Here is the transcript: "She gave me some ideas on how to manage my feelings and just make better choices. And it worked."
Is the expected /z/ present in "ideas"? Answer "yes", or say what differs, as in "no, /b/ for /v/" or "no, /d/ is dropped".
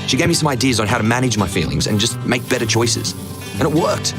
yes